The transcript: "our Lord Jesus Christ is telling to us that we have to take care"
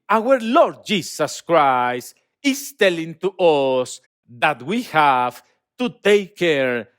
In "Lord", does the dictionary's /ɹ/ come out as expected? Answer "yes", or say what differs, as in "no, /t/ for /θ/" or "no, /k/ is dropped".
yes